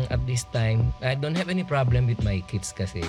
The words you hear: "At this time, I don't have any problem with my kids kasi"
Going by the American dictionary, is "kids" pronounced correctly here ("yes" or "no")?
no